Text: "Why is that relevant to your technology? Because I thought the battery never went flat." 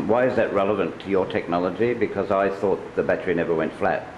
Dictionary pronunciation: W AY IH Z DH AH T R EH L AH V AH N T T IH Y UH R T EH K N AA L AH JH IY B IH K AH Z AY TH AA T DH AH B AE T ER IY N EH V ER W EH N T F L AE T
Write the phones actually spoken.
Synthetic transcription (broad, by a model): W AY IH Z DH AH T R EH L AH V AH N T T IH Y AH R T EH K N AA L AH JH IY B IH K AH Z AY TH AA T DH AH B AE T ER IY N EH V ER W EH N T F L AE T